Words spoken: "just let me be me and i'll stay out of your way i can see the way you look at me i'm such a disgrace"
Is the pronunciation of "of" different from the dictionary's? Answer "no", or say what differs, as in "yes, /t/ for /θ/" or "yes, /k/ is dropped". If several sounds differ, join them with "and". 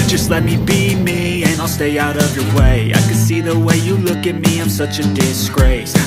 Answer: no